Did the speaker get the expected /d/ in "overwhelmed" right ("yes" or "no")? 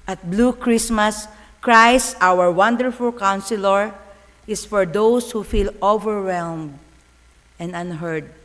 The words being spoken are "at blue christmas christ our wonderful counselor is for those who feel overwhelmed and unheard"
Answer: yes